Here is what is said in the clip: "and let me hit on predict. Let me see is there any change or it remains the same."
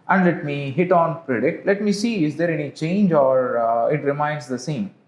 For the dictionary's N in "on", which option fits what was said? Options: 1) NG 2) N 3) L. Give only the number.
2